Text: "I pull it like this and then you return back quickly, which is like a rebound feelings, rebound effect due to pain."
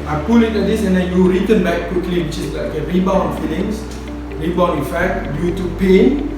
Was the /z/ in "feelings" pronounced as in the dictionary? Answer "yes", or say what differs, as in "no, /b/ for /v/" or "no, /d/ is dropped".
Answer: no, /s/ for /z/